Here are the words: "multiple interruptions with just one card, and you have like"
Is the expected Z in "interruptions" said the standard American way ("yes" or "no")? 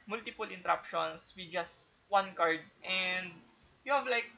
no